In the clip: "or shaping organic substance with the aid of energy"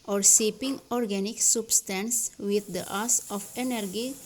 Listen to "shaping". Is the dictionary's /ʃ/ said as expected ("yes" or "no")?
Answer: no